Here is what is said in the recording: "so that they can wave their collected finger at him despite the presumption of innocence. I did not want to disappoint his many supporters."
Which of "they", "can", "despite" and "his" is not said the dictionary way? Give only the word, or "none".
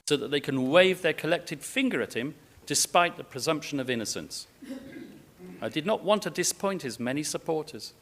none